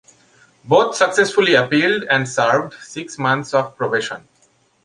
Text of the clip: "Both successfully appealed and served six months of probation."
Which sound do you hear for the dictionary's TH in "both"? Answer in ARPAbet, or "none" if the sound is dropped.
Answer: T